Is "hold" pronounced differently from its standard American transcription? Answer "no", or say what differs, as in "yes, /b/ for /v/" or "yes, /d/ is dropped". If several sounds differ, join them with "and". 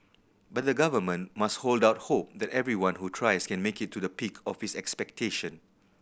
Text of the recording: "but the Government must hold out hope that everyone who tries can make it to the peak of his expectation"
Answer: no